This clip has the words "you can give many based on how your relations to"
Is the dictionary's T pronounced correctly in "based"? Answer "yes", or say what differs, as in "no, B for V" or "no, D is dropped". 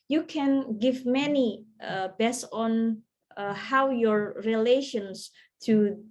no, T is dropped